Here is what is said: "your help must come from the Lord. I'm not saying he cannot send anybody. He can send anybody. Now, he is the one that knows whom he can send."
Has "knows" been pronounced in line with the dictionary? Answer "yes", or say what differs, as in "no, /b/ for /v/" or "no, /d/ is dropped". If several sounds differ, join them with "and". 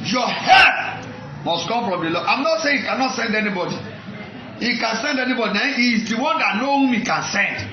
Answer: no, /z/ is dropped